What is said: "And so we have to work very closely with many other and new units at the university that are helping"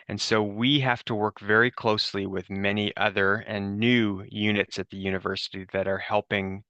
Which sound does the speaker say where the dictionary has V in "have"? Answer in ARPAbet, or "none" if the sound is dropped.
F